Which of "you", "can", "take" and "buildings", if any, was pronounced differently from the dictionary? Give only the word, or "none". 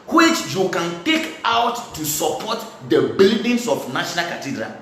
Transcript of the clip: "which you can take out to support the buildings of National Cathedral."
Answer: buildings